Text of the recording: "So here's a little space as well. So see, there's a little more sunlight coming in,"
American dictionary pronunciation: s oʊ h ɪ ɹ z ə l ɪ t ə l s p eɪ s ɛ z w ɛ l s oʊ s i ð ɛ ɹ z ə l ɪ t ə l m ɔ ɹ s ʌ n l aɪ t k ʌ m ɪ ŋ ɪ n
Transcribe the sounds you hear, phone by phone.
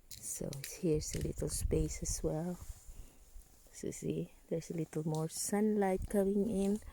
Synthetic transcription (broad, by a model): s oʊ h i ɹ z ə l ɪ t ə l s p eɪ s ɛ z w ɛ l s oʊ s i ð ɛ ɹ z ə l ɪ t l m ɔ ɹ s ʌ n l aɪ t k ʌ m ɪ ŋ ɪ n